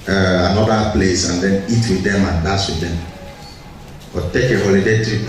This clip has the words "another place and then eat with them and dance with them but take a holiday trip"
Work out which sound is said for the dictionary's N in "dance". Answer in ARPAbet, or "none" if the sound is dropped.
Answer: none